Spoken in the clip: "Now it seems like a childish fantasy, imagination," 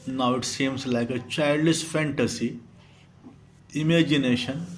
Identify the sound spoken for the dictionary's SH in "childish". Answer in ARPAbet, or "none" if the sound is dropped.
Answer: S